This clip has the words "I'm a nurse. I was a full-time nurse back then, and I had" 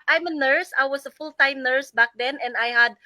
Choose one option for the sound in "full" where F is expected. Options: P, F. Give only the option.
F